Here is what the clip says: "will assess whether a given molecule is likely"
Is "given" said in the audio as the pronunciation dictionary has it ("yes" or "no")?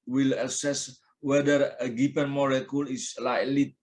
no